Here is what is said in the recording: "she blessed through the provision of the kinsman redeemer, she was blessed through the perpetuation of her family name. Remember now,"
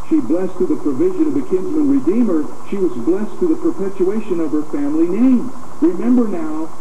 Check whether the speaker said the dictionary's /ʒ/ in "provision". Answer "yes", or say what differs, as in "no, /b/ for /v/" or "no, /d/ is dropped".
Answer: yes